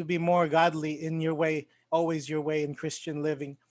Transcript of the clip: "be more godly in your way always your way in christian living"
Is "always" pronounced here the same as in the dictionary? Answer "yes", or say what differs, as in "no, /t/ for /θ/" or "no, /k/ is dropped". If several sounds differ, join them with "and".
yes